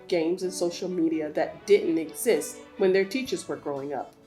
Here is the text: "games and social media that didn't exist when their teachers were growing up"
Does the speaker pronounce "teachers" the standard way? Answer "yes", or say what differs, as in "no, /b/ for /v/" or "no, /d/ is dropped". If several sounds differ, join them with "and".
yes